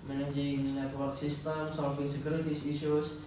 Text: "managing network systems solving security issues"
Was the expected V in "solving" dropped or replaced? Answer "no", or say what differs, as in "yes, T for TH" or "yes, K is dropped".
yes, F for V